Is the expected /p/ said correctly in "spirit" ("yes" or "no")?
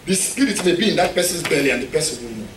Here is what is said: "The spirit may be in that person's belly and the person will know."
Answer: no